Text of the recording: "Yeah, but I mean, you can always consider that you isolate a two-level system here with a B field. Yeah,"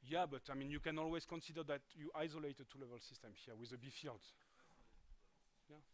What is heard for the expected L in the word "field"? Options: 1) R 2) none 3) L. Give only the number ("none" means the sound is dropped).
3